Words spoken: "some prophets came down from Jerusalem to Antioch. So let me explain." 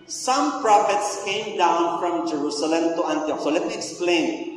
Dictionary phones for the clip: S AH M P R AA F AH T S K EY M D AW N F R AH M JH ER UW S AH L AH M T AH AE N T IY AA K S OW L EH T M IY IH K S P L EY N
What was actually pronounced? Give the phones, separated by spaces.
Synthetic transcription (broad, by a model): S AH M P R AA F AH T S K EY M D AW N F R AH M JH ER UW S AH L AH M T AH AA N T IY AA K S OW L EH T M IY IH K S P L EY N